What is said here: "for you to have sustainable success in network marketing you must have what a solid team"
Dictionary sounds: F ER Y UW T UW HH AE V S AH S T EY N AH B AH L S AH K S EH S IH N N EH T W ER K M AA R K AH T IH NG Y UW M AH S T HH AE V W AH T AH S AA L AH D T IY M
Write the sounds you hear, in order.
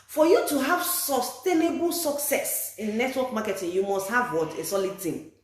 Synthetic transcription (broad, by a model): F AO Y UW T UW HH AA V S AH S T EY N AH B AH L S AH K S EH S IH N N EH T W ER K M AA K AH T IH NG Y UW M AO S T HH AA V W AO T AH S AA L AH D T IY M